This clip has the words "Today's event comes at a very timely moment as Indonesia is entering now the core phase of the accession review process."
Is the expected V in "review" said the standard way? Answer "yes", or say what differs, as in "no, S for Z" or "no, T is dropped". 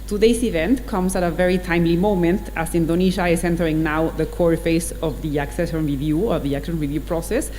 yes